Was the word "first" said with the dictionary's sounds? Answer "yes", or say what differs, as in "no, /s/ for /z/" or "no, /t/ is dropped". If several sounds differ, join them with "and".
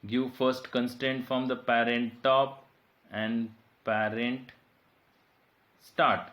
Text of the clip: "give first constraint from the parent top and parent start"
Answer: yes